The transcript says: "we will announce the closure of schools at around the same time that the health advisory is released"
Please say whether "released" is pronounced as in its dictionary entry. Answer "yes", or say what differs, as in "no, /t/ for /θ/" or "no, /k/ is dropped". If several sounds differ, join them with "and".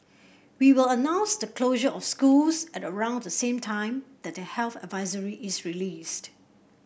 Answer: yes